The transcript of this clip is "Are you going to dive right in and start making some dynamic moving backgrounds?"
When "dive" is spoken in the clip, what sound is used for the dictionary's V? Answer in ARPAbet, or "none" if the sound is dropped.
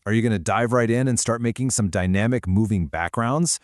V